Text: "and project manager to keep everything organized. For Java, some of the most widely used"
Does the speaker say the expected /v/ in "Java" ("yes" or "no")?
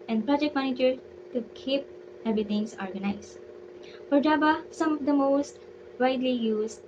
no